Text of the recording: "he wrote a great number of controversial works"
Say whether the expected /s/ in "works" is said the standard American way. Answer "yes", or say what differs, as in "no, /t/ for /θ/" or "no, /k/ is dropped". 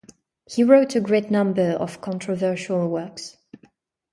yes